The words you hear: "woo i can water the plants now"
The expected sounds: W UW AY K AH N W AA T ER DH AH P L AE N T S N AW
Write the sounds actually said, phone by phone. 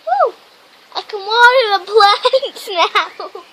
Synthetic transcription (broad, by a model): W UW AY K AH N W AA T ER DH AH B L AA T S N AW